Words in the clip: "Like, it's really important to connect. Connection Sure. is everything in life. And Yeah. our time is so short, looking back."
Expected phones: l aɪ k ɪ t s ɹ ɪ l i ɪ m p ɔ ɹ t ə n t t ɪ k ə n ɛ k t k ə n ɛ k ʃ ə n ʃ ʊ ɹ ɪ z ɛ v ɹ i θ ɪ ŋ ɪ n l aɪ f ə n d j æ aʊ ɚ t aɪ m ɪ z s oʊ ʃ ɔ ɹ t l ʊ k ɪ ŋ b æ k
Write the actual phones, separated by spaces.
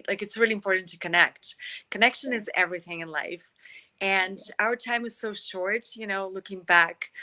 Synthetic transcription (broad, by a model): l aɪ k ɪ t s ɹ ɪ l i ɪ m p ɔ ɹ t n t t ɪ k ə n ɛ k t k ə n ɛ k ʃ ə n ɪ z ɛ v ɹ i θ ɪ ŋ ɪ n l aɪ f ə n aʊ ɚ t aɪ m ɪ z s oʊ ʃ ɔ ɹ t l ʊ k ɪ ŋ b æ k